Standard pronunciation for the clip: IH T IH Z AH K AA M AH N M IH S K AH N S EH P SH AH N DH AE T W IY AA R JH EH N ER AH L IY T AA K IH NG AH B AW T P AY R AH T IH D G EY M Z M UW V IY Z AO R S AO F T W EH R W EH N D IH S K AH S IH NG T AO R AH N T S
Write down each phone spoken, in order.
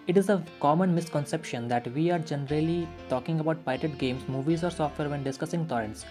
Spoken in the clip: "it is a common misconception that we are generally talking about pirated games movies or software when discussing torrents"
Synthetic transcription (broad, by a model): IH T IH Z AH K AA M AH N M IH S K AH N S EH P SH AH N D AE T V IY AA R JH EH N ER AH L IY T AA K IH NG AH B AW T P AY AH T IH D G EY M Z M UW V IY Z AO R S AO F T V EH R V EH N D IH S K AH S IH NG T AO R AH N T S